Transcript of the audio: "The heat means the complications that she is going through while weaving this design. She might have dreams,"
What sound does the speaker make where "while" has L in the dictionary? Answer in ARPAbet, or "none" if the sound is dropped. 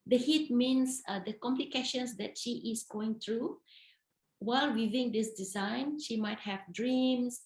L